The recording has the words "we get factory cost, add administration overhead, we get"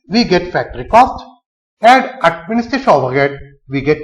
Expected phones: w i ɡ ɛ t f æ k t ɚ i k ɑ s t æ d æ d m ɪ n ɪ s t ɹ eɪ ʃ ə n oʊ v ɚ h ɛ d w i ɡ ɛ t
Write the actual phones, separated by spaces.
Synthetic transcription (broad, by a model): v i ɡ ɛ t f æ k t ɚ i k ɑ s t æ d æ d m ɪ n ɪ s t eɪ ʃ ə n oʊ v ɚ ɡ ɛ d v i ɡ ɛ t